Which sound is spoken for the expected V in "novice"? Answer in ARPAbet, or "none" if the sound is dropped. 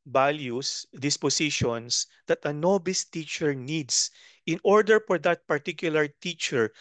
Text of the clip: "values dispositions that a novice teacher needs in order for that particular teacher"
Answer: B